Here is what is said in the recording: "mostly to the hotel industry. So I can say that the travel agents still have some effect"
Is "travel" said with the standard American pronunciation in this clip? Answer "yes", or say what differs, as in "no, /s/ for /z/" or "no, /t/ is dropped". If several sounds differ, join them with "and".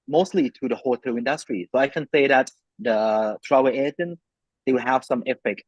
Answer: no, /v/ is dropped